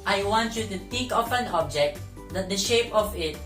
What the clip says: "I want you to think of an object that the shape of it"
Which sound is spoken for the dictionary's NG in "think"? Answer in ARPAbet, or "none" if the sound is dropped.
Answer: none